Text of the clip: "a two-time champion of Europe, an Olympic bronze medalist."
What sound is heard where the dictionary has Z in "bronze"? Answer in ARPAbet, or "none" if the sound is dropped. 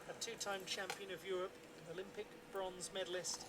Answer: Z